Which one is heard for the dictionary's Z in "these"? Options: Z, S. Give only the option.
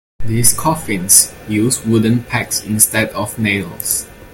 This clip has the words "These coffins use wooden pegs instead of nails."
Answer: S